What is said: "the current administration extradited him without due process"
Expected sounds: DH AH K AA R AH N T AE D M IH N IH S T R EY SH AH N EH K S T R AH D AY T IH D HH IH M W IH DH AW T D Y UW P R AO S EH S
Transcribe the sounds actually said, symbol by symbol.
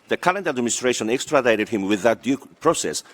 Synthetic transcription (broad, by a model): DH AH K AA L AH N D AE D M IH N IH S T R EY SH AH N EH K S T R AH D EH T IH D HH IH M W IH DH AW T D Y UW P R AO S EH S